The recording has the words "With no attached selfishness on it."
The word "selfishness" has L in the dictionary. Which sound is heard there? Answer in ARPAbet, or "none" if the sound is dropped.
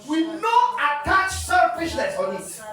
none